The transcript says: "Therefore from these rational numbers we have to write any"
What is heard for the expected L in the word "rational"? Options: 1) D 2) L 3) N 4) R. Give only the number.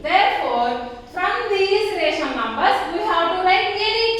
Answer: 3